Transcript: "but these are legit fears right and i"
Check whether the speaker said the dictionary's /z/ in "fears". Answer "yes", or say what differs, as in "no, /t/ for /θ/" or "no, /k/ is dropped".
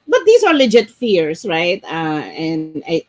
no, /s/ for /z/